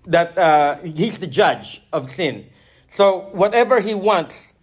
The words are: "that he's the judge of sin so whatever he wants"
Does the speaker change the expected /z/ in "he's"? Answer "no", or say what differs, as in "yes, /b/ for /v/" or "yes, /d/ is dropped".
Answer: no